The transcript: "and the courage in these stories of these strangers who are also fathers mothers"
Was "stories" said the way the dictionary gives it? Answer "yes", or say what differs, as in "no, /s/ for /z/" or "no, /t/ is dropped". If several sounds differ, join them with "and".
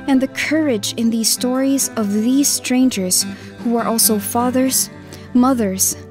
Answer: yes